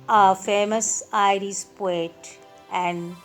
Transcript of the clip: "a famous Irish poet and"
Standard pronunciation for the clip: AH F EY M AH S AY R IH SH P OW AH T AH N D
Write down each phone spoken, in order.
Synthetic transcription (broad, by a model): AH F EY M AH S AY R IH S P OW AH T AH N D